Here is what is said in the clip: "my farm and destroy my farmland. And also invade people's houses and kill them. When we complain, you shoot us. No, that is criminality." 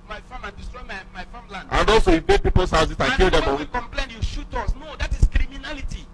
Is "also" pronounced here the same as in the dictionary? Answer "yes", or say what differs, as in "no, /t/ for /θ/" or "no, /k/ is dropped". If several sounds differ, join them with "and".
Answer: no, /l/ is dropped